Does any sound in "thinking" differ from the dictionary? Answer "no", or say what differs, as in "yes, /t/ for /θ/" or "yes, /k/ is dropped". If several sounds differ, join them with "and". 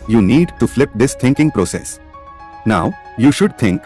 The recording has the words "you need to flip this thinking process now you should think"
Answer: yes, /t/ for /θ/